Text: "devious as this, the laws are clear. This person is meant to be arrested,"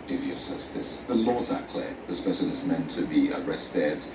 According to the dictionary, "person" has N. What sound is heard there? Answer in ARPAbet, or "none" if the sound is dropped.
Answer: L